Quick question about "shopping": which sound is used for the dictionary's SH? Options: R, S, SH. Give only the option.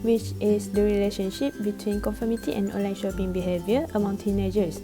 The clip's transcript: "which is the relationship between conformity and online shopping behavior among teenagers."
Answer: SH